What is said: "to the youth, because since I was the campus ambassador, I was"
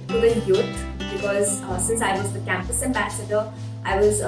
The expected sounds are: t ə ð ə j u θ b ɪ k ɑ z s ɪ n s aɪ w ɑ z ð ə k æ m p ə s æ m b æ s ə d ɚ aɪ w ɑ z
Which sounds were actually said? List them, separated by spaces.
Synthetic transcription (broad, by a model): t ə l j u t b ɪ k ɑ z s ɪ n s aɪ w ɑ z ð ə k æ m p ə s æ m b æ s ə d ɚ aɪ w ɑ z